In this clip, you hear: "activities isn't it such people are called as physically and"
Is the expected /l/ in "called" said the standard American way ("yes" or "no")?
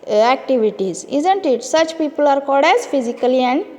no